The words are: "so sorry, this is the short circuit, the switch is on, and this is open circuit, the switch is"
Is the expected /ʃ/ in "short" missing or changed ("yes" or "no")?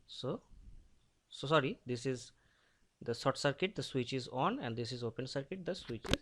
yes